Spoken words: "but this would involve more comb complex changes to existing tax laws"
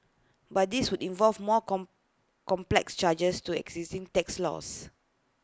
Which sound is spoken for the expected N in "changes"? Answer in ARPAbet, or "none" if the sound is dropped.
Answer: none